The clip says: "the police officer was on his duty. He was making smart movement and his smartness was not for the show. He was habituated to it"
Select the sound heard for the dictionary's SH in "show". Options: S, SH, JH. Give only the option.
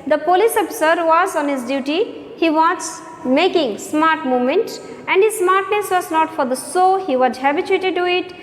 S